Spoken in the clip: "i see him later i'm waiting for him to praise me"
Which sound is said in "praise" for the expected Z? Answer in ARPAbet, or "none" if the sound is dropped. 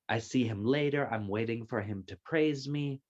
Z